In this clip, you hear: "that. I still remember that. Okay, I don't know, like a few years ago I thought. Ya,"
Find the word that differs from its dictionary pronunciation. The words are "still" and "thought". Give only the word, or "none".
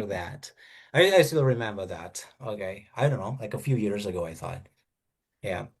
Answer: none